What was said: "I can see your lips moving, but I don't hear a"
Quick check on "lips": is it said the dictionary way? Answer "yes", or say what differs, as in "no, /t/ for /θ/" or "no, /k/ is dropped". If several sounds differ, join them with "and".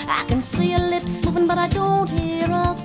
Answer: yes